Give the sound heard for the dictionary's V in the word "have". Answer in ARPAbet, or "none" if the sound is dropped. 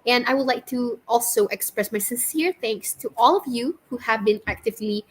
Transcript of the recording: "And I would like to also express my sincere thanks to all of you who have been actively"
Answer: V